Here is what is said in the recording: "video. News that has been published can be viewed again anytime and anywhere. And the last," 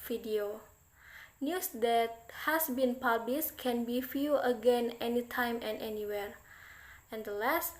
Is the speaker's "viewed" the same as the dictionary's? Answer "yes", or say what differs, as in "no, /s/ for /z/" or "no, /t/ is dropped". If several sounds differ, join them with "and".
no, /d/ is dropped